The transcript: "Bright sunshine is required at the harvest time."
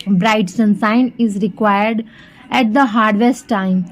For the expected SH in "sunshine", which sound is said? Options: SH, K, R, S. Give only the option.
S